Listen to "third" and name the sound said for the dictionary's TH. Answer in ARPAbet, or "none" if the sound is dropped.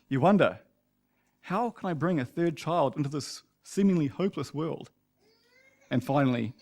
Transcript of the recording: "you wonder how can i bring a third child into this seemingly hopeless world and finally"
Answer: TH